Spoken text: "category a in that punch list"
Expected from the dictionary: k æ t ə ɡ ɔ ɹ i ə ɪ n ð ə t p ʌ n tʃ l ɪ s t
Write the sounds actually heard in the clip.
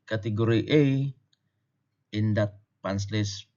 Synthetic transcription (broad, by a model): k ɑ t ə ɡ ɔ ɹ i ə ɪ n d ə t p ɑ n s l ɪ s